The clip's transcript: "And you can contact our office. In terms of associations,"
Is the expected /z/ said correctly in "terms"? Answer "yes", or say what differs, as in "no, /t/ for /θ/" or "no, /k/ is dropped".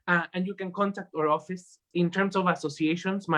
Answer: no, /s/ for /z/